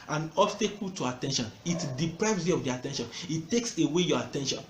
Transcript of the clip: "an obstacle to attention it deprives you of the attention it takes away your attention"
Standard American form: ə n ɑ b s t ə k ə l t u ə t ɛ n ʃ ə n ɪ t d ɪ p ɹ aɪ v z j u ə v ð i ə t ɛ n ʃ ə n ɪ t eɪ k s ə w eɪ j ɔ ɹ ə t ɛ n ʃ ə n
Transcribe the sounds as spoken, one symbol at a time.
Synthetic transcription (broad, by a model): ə n ɑ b s t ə k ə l t u ə t ɛ n ʃ ə n ɪ t d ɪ p ɹ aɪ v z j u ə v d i ə t ɛ n ʃ ə n ɪ t eɪ k s ə w eɪ j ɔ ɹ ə t ɛ n ʃ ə n